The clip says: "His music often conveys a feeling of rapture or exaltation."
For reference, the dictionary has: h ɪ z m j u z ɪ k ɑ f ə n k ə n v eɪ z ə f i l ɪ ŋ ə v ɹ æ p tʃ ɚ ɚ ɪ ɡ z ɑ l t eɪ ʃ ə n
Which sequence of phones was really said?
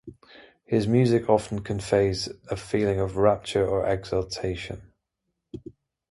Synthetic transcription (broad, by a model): h ɪ z m j u z ɪ k ɑ f ə n k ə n f eɪ z ə f i l ɪ ŋ ə v ɹ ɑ p tʃ ɚ ɚ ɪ ɡ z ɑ l t eɪ ʃ ə n